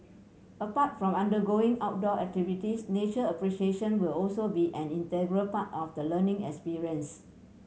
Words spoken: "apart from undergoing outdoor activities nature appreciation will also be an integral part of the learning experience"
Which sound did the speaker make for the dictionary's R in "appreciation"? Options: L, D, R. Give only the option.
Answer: R